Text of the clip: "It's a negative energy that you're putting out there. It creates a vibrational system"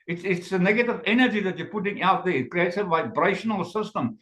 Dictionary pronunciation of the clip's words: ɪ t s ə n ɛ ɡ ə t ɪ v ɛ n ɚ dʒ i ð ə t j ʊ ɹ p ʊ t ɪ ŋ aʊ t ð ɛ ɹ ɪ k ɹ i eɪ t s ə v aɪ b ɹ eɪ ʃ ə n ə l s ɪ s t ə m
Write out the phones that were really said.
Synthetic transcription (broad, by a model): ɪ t s ə n ɛ ɡ ə t ɪ v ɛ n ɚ dʒ i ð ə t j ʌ ɹ p ʊ t ɪ ŋ aʊ t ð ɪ k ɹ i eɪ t ə v aɪ b ɹ eɪ ʃ ə n ə l s ɪ s t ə m